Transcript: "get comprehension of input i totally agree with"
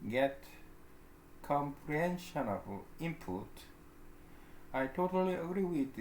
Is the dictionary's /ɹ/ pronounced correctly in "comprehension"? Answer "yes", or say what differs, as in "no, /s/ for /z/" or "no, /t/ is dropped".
yes